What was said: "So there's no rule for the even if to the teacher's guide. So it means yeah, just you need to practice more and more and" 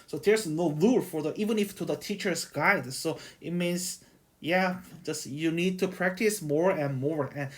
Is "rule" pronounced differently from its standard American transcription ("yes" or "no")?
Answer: yes